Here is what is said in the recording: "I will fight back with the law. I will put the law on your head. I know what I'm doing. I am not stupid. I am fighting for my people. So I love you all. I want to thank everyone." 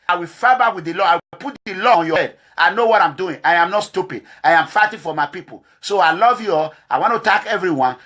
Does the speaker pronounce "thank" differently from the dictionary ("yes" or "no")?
yes